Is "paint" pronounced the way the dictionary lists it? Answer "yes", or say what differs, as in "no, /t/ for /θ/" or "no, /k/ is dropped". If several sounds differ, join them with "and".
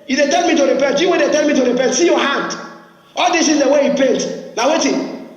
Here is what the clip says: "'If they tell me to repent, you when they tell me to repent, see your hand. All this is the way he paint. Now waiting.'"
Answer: yes